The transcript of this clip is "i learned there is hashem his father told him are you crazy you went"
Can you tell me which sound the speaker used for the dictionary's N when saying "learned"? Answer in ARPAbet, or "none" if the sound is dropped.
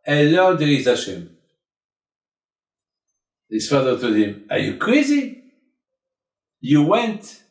none